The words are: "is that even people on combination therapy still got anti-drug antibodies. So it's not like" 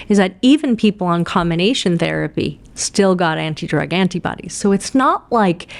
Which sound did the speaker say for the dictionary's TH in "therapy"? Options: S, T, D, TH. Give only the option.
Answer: TH